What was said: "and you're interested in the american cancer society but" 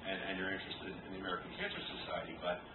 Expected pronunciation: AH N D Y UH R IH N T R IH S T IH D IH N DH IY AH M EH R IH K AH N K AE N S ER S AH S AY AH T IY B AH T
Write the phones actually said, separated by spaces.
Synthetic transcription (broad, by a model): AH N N Y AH R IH N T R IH S T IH D IH N DH IY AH M EH R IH K N K AE N S ER S AH S AY AH T IY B AH T